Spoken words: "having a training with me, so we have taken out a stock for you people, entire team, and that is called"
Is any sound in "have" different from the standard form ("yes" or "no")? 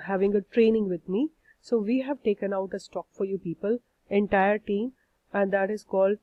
no